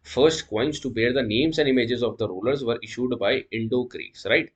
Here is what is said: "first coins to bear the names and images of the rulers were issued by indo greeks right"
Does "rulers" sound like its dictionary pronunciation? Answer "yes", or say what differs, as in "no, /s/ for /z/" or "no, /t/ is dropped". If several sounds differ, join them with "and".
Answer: yes